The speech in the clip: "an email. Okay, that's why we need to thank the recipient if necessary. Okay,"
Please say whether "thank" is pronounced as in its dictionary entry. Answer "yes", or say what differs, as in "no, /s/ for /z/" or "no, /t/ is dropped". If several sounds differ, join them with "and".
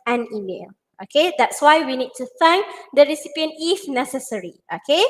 no, /f/ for /θ/